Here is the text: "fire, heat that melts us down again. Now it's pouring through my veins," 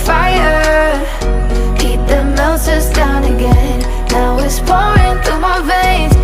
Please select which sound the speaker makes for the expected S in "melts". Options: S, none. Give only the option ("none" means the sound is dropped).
none